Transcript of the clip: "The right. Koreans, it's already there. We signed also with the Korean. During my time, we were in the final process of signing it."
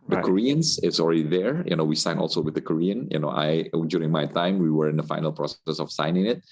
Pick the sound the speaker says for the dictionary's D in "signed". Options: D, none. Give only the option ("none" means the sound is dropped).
none